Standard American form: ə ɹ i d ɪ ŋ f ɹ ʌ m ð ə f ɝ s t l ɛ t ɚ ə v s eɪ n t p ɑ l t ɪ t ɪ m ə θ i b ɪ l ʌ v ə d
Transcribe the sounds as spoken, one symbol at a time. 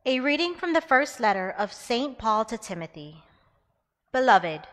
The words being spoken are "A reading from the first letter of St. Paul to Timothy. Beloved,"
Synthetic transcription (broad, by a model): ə ɹ i d ɪ ŋ f ɹ ʌ m ð ə f ɝ s t l ɛ t ɚ ə v s eɪ n p ɑ l t ɪ t ɪ m ə θ i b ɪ l ʌ v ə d